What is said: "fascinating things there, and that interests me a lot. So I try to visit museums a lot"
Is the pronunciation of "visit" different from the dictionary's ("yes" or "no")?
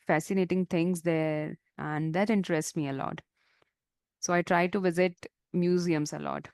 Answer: no